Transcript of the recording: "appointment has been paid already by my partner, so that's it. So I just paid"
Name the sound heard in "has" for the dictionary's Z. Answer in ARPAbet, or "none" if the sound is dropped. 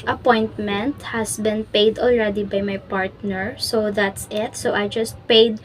S